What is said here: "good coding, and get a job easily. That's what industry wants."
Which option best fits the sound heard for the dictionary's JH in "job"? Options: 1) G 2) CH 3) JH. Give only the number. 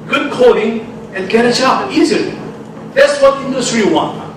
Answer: 2